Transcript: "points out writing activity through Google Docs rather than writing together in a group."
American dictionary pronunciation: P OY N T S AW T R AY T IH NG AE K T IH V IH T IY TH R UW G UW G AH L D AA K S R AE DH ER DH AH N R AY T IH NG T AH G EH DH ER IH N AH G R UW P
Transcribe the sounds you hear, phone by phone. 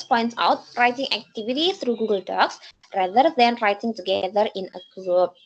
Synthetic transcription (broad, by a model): P OY N T S AW T R AY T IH NG AE K T IH V IH T IY T R UW G UW G AH L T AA K S R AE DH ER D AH N R AY T IH NG T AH G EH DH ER IH N AH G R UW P